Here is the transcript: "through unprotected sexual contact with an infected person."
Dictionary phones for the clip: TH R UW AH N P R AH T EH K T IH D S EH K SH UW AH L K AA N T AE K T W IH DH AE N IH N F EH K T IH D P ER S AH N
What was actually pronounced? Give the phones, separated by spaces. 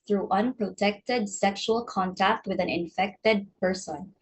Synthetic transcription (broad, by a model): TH R UW AH N P R AH T EH K T IH D S EH K SH UW AH L K AA N T AE K T W IH DH AE N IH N F EH K T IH D P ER S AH N